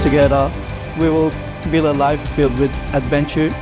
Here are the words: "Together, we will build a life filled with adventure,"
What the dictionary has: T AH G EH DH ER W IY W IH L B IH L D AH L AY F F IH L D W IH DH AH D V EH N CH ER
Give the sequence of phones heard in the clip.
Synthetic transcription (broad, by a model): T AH G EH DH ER W IY W IH L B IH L AH L AY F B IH L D W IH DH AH D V EH N CH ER